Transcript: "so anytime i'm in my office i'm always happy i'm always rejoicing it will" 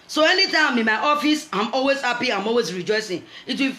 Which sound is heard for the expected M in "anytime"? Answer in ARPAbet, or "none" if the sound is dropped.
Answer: none